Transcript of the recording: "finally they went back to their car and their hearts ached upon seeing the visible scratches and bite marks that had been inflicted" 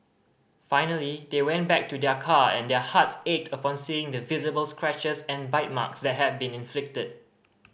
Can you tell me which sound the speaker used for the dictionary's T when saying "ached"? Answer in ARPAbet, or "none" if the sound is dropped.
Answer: T